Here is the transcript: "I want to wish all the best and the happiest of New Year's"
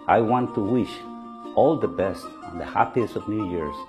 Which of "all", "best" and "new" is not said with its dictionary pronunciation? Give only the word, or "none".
none